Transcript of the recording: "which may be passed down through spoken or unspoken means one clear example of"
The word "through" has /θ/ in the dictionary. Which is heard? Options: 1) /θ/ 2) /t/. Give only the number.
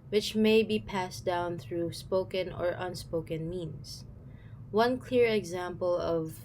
1